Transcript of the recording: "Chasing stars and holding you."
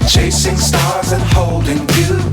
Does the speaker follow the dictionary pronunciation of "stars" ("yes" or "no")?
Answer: yes